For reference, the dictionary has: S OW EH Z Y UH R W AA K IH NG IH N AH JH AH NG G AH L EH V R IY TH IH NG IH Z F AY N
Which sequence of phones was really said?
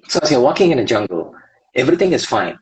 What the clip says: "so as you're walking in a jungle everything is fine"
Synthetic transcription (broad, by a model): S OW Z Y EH W AA K IH NG IH N AH JH AH NG G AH L EH V R IY TH IH NG IH Z F AY N